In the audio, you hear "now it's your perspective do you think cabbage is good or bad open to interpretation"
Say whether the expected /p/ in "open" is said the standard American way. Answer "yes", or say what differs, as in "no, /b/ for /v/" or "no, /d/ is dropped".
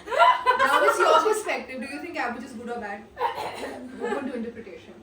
no, /p/ is dropped